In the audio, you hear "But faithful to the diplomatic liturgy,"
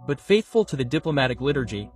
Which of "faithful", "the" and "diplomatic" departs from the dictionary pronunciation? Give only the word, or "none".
none